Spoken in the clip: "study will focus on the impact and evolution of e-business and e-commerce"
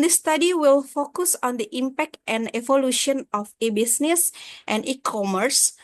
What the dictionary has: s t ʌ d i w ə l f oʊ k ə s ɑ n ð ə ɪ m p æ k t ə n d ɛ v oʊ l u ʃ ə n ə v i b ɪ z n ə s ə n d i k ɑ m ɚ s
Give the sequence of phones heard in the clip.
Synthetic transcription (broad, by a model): s t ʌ d i w ə l f oʊ k ə s ɑ n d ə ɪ m p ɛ k t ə n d ɛ v oʊ l u ʃ ə n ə f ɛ b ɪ s n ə s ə n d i k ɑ m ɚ s